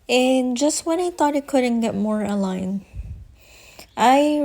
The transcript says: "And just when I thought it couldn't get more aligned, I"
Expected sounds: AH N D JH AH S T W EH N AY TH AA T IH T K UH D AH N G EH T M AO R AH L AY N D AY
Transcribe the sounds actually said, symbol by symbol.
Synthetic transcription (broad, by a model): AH N JH AH S T W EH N AY TH AA T IH T K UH D N G EH T M AO R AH L AY N AY